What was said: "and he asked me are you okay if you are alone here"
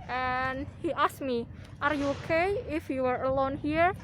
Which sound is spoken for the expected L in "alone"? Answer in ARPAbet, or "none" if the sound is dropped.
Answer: L